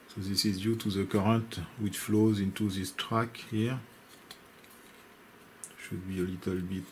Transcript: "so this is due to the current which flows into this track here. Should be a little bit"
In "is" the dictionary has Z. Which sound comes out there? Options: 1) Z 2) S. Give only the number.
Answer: 1